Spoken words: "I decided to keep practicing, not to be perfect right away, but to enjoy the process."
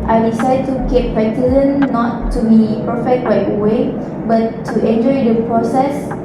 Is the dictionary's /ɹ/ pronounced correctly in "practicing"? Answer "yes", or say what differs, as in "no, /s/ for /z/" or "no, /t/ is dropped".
no, /ɹ/ is dropped